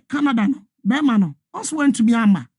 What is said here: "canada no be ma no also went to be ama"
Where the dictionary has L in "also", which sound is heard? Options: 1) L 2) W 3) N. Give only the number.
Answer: 3